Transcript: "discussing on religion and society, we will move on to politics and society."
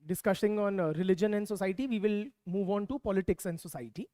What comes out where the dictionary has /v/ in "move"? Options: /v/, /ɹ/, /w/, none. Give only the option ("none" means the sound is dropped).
/v/